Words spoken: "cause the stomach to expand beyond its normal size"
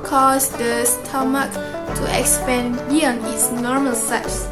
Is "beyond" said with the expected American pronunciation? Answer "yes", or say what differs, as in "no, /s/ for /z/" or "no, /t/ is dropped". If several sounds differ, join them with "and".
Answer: no, /d/ is dropped